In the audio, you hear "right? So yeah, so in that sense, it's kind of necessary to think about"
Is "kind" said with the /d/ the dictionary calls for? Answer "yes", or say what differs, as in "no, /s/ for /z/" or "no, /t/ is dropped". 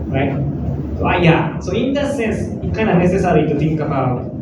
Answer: no, /d/ is dropped